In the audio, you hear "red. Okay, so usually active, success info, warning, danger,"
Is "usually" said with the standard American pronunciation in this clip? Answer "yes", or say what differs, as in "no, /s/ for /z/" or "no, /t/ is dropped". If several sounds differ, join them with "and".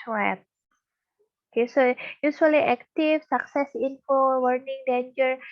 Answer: no, /s/ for /ʒ/